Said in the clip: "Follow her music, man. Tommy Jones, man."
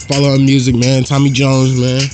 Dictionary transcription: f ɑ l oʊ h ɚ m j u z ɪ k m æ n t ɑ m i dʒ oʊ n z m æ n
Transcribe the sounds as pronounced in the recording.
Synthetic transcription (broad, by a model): f ɑ l oʊ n m j u z ɪ k m æ n t ɑ m i dʒ oʊ n z m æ n